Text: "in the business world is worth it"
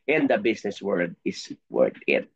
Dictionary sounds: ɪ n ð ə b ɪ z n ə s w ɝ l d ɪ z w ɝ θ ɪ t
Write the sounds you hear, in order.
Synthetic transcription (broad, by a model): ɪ n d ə b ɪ s n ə s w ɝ d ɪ s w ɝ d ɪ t